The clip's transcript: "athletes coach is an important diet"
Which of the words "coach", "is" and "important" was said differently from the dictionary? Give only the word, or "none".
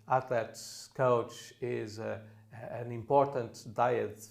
none